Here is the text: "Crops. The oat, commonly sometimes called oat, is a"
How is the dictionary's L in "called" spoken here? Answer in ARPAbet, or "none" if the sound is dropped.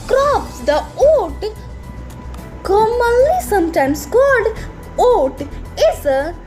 none